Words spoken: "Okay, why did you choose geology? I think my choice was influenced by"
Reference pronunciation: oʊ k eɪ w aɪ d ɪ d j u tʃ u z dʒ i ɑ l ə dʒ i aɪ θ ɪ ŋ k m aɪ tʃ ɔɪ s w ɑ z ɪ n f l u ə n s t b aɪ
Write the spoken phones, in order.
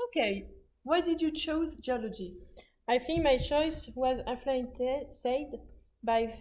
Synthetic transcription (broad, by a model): oʊ k eɪ w aɪ d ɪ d j u tʃ u z dʒ i ɑ l ə dʒ i aɪ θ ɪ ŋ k m aɪ tʃ ɔɪ s w ɑ z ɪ f l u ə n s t b aɪ